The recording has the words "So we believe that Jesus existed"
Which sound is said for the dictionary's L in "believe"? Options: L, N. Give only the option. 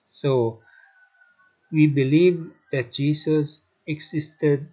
L